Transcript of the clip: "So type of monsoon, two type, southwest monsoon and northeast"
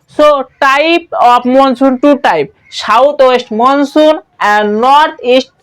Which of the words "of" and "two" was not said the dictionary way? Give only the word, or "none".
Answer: of